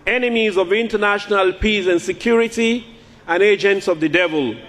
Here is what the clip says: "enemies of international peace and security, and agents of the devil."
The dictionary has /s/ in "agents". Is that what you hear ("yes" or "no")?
yes